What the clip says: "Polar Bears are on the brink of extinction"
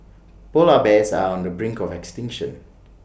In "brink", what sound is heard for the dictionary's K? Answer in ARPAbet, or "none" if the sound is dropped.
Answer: K